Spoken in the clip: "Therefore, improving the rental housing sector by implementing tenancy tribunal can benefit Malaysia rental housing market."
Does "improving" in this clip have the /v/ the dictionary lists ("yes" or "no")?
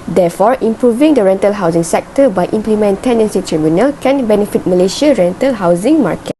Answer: yes